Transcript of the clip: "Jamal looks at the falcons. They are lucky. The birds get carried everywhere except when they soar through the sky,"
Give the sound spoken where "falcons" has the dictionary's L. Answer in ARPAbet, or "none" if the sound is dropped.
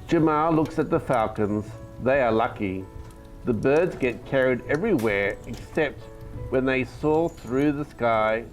L